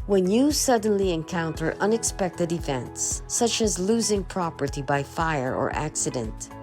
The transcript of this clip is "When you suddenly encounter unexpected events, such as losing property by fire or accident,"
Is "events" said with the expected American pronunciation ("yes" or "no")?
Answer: no